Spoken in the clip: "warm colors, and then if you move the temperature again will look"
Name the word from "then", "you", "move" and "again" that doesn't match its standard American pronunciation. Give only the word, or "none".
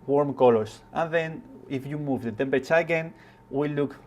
none